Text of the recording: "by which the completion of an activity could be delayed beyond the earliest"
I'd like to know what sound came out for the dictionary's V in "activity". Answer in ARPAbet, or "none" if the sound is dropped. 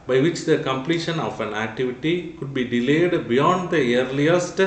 V